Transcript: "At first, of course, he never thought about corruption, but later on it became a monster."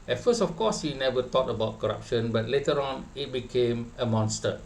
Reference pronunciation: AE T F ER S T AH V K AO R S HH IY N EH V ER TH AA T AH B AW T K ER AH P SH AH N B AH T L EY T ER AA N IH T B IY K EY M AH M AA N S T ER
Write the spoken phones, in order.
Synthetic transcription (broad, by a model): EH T F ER S AH F K AO S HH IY N EH V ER T AA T AH B AW T K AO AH P SH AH N B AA T L EY T ER AA N IH T B IY K EY M AH M AA N S T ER